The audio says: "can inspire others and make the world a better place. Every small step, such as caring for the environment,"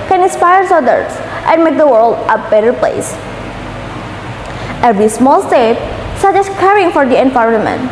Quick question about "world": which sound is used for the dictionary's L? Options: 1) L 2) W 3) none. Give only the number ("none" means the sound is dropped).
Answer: 1